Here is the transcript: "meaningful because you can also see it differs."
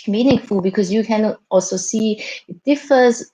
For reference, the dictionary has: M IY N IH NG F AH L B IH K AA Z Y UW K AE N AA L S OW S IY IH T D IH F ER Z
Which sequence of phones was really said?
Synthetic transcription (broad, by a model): M IY N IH NG F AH L B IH K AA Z Y UW K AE N AA L S OW S IY IH T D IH F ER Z